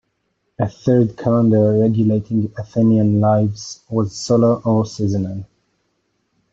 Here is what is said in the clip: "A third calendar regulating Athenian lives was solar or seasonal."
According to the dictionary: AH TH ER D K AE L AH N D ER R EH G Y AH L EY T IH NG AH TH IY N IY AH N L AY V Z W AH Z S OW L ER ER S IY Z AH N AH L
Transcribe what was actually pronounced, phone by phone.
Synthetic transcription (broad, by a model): AH TH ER D K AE L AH N D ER R EH G Y AH L EY T IH NG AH TH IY N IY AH N L AY V Z W AH Z S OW L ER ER S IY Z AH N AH N